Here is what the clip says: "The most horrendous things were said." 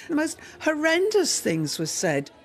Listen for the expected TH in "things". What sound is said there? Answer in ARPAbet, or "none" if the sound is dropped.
TH